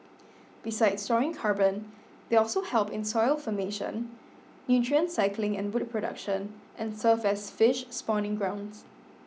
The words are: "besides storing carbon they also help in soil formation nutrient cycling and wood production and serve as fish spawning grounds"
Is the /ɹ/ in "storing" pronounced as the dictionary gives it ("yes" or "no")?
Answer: no